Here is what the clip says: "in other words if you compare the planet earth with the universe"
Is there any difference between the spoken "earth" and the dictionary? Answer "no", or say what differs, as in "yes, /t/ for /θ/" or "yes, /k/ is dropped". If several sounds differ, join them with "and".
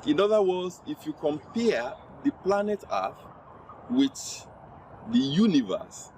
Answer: yes, /f/ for /θ/